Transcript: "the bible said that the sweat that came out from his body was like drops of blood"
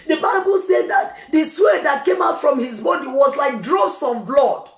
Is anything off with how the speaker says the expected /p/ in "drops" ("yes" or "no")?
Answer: yes